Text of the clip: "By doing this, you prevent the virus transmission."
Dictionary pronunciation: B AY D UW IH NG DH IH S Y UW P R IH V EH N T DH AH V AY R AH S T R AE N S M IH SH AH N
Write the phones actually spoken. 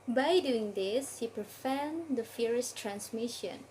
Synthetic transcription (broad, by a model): B AY D UW IH NG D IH S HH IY P R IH F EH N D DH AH F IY R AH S T R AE N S M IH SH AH N